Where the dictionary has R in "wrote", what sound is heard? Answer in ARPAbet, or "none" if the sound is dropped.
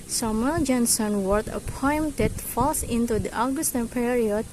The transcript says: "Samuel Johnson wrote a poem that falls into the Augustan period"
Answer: W